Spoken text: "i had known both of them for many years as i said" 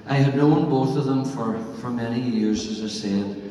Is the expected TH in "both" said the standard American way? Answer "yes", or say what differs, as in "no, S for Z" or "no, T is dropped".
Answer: yes